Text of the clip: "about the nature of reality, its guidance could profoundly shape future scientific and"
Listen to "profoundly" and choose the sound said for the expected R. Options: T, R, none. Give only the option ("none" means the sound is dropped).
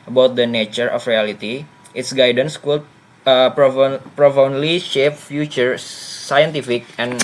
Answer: R